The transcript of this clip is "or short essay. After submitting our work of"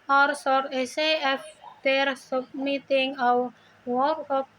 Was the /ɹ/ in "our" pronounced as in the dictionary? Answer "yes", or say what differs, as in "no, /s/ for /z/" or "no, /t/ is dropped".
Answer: no, /w/ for /ɹ/